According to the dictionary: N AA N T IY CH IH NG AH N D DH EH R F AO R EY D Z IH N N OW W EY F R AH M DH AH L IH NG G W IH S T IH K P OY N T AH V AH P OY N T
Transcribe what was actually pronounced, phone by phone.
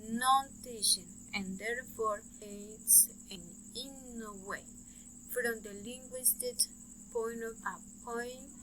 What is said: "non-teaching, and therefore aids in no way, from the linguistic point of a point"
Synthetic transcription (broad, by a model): N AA N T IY SH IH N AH N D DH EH R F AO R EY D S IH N N OW W EY F R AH M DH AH L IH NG G W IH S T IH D P OY N T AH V AH P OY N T